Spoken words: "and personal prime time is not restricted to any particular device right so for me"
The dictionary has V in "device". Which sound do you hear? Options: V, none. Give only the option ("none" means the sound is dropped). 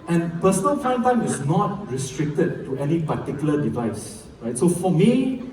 V